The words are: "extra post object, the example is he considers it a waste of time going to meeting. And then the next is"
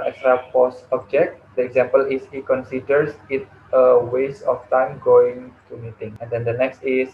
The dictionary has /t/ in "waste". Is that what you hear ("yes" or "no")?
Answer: no